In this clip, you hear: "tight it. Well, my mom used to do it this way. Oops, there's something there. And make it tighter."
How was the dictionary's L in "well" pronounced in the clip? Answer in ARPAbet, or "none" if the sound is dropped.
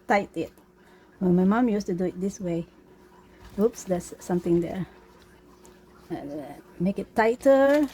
N